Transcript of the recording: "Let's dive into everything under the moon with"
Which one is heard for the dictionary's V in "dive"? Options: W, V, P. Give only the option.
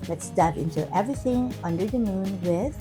P